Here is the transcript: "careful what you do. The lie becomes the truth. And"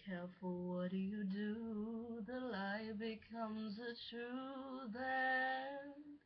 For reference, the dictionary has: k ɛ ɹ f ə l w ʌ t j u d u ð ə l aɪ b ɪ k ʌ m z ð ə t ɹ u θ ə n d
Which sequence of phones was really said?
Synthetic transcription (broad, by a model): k ɛ ɹ f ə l w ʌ t j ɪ d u ð ə l aɪ b ɪ k ʌ m z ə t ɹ u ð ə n